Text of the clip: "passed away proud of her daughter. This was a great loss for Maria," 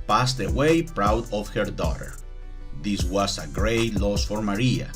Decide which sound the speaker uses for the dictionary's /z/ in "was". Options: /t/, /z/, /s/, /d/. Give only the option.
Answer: /s/